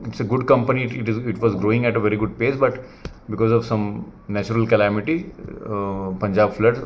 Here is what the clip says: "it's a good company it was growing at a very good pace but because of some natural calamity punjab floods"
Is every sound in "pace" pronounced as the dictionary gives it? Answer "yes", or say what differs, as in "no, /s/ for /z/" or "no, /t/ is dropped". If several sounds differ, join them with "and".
yes